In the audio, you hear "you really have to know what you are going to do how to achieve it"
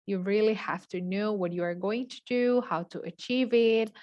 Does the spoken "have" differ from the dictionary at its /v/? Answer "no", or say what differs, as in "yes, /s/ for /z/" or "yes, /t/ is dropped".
yes, /f/ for /v/